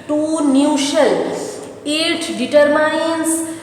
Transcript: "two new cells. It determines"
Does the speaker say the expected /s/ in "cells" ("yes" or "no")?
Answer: no